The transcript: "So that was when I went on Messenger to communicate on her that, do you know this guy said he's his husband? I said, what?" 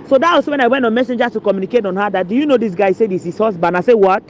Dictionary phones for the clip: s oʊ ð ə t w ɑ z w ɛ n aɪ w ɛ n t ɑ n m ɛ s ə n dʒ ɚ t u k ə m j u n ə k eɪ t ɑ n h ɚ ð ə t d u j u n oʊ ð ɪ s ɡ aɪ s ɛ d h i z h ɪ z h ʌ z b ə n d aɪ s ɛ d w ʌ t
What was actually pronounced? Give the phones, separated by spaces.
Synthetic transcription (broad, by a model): s oʊ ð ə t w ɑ s w ɛ n aɪ w ɛ n t ɑ n m ɛ s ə n dʒ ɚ t u k ə m j u n ə k eɪ t ɑ n h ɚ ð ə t d u j u n oʊ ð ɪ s ɡ aɪ s ɛ d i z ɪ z h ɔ s b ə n aɪ s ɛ w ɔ t